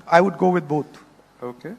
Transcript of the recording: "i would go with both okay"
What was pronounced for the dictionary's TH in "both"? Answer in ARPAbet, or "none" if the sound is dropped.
T